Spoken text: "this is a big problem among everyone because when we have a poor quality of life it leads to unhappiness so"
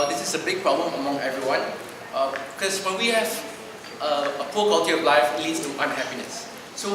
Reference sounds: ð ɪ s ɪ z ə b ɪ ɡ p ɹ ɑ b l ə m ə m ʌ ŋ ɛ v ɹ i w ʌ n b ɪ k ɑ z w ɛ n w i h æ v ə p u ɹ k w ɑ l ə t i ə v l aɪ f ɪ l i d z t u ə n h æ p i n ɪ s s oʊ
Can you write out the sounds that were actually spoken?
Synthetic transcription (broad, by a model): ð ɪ s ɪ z ə b ɪ ɡ p ɹ ɑ b l ə m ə m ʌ ŋ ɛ v ɹ i w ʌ n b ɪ k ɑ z w ɛ n w i h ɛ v ə p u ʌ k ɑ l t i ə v l aɪ f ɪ l i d s t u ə n h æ p i n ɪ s s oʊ